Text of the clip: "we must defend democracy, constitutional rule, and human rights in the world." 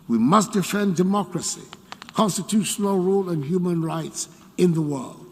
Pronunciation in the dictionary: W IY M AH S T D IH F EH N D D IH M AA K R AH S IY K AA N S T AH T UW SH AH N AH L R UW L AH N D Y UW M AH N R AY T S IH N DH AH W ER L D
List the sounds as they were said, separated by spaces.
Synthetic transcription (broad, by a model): W IY M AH S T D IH F EH N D D IH M AA K R AH S IY K AA N S T AH T UW SH AH N AH L R UW L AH N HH Y UW M AH N R AY T S IH N DH AH W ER L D